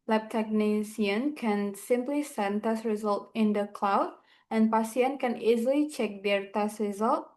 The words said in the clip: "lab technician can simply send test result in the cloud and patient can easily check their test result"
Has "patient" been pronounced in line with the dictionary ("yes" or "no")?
no